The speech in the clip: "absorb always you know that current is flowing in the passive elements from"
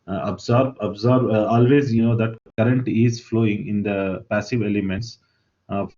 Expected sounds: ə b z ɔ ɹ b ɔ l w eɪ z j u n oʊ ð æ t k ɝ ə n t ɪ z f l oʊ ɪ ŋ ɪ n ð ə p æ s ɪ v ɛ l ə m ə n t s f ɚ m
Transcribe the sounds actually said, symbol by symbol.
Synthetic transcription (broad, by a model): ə b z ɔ ɹ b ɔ l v eɪ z j u n oʊ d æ t k ɝ ə n t ɪ z f l oʊ ɪ ŋ ɪ n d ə p æ s ɪ v ɛ l ə m ə n t s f